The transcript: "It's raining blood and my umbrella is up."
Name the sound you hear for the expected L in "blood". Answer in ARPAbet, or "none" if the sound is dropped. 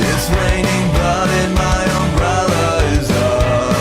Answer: none